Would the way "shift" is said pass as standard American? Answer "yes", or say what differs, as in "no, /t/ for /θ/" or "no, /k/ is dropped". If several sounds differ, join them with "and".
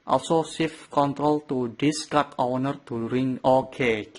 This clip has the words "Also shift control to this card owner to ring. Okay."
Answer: no, /s/ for /ʃ/